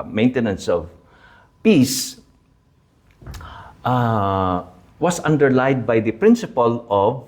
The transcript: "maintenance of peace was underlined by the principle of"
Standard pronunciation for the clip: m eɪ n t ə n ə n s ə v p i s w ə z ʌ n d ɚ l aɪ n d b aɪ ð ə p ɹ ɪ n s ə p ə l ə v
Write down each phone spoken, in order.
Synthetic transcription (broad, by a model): m eɪ n t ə n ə n s ə v p i s w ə s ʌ n d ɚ l aɪ d b aɪ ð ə p ɹ ɪ n s ə p ə l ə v